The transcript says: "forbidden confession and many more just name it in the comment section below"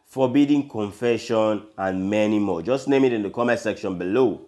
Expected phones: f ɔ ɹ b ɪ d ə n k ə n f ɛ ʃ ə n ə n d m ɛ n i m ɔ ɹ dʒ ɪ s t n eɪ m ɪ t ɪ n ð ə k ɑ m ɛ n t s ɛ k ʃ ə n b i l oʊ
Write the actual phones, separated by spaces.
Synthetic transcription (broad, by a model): f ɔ b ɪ d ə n k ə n f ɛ ʃ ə n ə n m ɛ n i m ɔ dʒ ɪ s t n eɪ m ɪ t ɪ n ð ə k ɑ m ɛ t s ɛ k ʃ ə n b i l oʊ